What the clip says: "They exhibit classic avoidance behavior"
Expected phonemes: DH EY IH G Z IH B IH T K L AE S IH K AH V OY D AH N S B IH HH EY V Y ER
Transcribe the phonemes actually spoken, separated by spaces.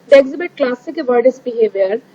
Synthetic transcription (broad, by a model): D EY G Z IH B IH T K L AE S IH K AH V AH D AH S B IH HH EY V Y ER